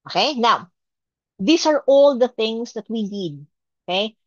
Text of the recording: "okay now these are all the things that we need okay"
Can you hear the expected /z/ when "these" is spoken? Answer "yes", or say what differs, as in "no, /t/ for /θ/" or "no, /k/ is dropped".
no, /s/ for /z/